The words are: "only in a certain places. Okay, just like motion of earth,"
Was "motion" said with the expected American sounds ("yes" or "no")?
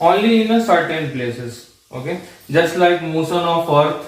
no